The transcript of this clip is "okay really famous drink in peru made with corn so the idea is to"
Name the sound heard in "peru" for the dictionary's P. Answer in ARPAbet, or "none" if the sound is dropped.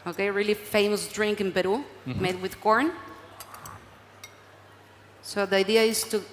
B